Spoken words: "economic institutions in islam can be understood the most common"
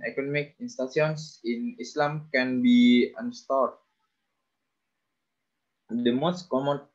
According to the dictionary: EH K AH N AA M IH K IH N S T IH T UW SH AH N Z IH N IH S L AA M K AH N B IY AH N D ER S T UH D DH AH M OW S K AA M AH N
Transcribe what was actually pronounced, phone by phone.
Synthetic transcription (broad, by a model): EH K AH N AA M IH K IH N S T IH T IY AH N S IH N IH S L AA M K AH N B IY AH N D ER S T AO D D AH M OW S K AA M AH N